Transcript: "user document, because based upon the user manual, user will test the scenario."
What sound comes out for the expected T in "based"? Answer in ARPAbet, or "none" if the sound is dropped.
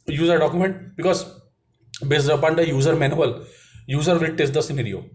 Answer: none